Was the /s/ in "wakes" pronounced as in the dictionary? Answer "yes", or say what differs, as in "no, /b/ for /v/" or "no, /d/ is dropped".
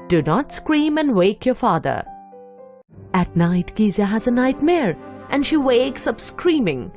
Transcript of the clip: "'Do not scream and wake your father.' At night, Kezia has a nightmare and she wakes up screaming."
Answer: yes